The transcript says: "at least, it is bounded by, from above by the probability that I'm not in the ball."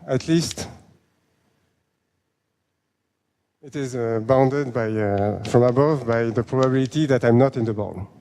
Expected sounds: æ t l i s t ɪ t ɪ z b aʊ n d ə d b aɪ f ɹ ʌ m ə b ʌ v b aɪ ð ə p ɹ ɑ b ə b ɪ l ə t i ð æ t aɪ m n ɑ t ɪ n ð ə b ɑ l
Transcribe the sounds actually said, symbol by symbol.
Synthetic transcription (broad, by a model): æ t l i s t ɪ t ɪ z b aʊ n d ə d b aɪ f ɹ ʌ m ə b ʌ v b aɪ ð ə p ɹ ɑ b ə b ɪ l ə t i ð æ t aɪ m n ɑ t ɪ n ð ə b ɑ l